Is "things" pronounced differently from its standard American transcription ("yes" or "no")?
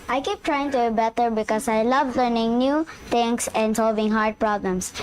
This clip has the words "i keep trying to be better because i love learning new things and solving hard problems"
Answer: yes